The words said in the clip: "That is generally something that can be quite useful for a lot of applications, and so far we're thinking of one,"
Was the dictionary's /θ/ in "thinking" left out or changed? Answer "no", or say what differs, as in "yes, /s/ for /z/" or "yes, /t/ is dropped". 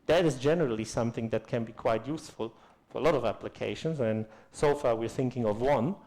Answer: no